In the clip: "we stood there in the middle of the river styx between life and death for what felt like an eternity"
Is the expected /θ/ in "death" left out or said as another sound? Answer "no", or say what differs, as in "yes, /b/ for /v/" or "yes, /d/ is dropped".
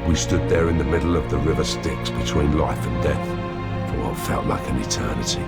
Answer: no